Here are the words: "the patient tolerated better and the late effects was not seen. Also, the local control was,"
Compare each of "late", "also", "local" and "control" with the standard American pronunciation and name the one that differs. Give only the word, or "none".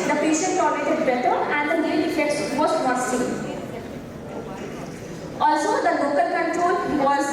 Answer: late